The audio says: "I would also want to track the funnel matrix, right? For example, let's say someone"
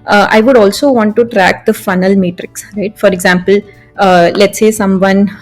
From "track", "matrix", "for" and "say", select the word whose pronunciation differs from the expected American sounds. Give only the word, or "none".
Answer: none